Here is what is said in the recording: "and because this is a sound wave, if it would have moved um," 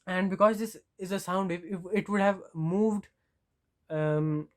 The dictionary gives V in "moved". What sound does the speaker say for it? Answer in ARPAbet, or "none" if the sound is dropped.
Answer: V